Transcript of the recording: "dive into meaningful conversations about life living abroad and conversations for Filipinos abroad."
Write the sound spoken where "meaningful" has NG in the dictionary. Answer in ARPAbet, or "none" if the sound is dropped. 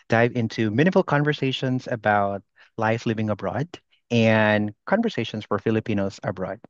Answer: none